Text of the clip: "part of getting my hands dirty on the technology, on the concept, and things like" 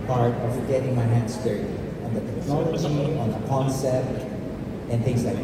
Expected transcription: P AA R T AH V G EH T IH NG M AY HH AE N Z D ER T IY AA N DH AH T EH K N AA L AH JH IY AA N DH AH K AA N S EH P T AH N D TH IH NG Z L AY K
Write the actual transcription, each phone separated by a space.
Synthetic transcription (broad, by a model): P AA R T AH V G EH T IH NG M AY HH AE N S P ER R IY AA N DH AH T EH K N AA L AH JH IY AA N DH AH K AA N S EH T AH N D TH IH NG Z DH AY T